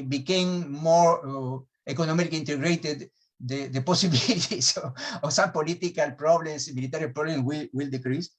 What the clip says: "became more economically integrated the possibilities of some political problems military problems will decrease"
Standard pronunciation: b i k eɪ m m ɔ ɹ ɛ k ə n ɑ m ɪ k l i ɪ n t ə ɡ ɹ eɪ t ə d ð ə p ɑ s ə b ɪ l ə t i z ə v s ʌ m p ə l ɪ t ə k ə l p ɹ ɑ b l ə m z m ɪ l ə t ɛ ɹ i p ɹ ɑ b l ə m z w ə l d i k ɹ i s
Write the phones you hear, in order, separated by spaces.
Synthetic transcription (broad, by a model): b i k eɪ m m ɔ ɹ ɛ k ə n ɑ m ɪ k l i n t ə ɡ ɹ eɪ t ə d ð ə p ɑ s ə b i l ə t i s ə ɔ s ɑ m p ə l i t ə k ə l p ɹ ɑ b l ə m s m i l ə t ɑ ɹ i p ɹ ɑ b l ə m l w ə l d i k ɹ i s